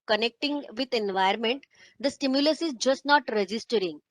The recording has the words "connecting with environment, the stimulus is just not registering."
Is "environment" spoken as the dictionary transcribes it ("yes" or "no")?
no